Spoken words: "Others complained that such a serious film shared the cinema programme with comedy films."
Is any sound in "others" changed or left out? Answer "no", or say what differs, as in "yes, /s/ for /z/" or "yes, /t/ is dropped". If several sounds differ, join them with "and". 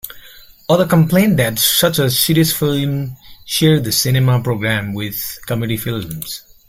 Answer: yes, /z/ is dropped